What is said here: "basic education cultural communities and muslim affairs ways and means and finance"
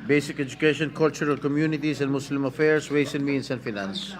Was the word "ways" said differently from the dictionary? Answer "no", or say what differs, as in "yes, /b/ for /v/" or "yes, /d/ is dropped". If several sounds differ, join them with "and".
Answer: yes, /s/ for /z/